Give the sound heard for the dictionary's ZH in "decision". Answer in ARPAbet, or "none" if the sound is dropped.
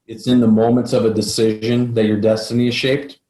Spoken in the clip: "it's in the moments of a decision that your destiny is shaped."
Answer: ZH